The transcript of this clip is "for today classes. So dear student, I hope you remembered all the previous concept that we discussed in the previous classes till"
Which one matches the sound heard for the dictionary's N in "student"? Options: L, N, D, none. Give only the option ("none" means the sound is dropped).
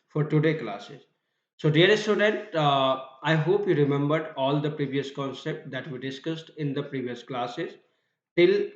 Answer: N